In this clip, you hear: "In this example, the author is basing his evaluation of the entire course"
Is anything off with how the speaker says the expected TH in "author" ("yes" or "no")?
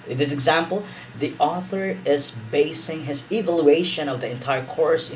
no